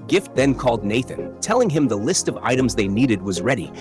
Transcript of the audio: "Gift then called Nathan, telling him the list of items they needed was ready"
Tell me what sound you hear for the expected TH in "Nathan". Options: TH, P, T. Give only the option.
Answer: TH